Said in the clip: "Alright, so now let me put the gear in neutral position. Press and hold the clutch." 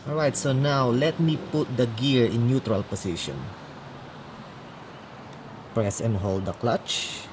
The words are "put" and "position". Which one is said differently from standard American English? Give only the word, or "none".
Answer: position